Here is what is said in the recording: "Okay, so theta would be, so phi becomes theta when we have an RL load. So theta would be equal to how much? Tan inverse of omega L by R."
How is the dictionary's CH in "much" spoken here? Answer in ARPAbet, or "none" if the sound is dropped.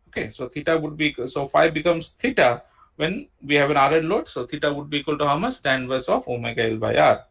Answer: S